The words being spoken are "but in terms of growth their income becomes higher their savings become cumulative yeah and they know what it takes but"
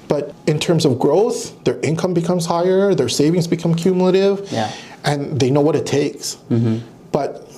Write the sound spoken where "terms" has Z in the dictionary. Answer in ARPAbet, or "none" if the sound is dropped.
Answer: Z